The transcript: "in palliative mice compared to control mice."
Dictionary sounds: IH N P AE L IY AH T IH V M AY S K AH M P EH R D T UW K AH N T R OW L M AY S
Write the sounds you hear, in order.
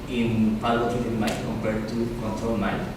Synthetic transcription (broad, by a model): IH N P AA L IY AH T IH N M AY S K AH M P EH R D T UW K AH N T R OW L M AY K